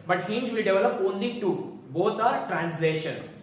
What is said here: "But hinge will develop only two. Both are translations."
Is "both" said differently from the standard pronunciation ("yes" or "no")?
yes